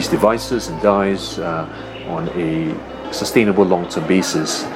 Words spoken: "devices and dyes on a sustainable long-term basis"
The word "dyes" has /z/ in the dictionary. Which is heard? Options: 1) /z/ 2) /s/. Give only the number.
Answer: 1